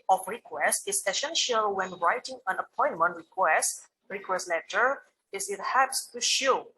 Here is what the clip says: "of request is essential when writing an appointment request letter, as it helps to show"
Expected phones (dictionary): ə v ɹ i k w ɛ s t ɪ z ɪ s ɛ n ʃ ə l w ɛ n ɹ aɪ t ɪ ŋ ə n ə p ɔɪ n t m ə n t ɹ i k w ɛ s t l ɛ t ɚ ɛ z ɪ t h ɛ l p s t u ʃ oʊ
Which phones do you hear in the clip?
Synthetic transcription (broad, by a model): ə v ɹ i k w ɛ s t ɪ s ɪ s ɛ n ʃ ə l w ɛ n ɹ aɪ t ɪ ŋ ə n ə p ɔɪ n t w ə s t ɹ i k w ɛ s t l ɛ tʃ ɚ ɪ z ɪ t h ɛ p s t u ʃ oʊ